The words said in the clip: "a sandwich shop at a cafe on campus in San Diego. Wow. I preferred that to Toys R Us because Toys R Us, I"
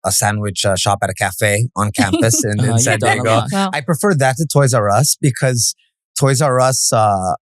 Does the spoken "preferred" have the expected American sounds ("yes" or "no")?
yes